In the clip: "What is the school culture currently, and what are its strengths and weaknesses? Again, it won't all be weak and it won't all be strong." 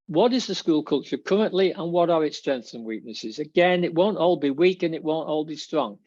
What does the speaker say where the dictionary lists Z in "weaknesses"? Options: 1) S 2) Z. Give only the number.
2